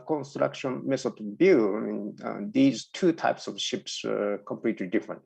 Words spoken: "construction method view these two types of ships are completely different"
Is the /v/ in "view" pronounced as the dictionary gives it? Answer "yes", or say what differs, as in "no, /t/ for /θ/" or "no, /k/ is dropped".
no, /b/ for /v/